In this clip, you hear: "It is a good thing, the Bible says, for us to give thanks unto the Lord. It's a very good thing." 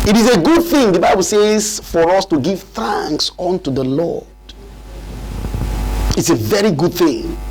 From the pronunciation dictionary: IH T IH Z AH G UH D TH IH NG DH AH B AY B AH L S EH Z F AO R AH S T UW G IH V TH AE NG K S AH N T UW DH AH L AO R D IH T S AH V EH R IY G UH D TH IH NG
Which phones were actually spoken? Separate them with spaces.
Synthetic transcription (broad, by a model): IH T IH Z AH G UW D TH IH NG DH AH B AY B AH L S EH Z F AO R AH S T UW G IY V TH AE NG K S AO N T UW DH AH L AO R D IH T S AH V EH R IY G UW D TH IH NG